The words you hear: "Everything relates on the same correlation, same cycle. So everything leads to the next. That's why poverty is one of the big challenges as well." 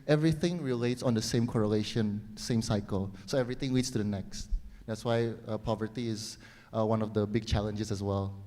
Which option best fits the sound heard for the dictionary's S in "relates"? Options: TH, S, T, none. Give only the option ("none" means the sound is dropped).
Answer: S